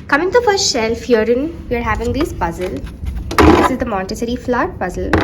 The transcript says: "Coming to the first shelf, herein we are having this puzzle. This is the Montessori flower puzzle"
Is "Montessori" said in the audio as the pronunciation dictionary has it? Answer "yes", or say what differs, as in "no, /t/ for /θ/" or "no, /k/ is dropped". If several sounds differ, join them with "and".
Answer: no, /l/ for /n/